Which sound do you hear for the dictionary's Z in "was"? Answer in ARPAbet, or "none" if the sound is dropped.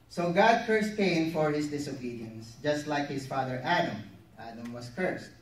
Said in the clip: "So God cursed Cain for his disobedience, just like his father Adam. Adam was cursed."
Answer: S